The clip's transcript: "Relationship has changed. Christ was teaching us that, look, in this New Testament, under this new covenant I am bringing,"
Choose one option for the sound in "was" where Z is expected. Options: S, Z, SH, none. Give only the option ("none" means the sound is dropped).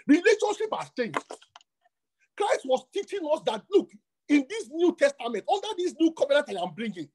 S